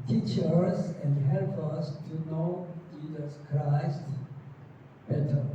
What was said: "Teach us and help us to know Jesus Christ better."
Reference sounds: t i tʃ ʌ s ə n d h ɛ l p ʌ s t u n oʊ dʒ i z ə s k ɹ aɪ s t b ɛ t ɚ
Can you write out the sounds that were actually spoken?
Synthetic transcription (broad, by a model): t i tʃ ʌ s ə n d h ɛ l p ʌ s t u n oʊ dʒ i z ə s k ɹ aɪ s t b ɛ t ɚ